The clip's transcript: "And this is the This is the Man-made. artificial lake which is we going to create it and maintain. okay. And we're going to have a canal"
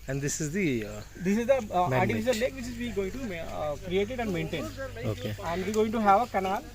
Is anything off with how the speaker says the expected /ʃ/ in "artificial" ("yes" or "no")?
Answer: yes